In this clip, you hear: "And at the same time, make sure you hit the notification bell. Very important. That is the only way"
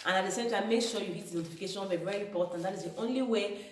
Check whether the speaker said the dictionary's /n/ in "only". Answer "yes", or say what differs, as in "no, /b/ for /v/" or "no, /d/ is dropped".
yes